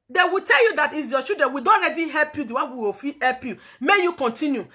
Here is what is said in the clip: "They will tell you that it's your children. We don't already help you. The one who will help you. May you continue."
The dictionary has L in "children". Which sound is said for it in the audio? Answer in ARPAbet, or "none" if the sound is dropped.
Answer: none